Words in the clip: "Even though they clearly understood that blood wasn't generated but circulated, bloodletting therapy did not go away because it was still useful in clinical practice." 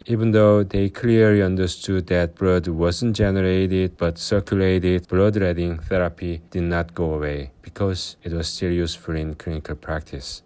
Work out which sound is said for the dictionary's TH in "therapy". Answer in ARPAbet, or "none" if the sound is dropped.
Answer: TH